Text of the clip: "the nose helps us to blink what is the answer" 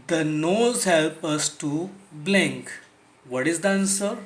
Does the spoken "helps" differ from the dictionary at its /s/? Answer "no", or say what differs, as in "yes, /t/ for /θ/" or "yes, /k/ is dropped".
yes, /s/ is dropped